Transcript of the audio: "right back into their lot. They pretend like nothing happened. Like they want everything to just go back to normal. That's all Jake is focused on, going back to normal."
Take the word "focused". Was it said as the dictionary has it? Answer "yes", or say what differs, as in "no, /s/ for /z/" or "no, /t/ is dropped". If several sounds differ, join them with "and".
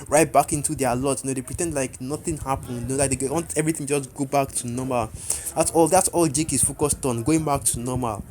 yes